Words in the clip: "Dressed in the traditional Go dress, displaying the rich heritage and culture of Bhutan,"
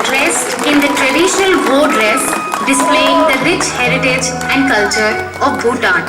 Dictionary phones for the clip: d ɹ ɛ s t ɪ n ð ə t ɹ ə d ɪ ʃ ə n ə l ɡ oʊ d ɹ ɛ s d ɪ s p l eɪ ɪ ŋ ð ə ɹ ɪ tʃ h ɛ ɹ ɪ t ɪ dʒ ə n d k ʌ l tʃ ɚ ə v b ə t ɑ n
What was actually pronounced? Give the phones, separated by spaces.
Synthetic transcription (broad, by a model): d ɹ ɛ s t ɪ n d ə t ɹ ə d ɪ ʃ ə n ə l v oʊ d l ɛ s d ɪ s p l eɪ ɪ ŋ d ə ɹ ɪ tʃ h ɛ ɹ ɪ t ɪ dʒ ə n d k ʌ l tʃ ɚ ə v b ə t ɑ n